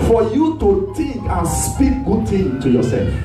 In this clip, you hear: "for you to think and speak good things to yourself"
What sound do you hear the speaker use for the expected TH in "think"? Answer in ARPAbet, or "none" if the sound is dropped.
T